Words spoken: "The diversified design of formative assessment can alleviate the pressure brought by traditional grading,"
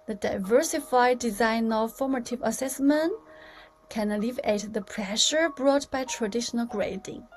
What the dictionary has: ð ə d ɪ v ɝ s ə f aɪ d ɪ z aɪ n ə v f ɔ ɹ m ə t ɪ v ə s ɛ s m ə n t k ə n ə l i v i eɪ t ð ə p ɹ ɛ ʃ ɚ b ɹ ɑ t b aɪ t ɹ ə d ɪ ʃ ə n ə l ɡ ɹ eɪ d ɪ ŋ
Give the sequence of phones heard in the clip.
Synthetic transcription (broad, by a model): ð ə d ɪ v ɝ s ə f aɪ d ɪ z aɪ n ə v f ɔ ɹ m ə t ɪ v ə s ɛ s m ə n t k ə n ə l i v i eɪ t ð ə p ɹ ɛ ʃ ɚ b ɹ ɑ t b aɪ t ɹ ə d ɪ ʃ ə n ə l ɡ ɹ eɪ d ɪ ŋ